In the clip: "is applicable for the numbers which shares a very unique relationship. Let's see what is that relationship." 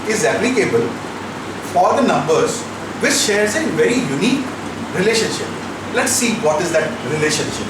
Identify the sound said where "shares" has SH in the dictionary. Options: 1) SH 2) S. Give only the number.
1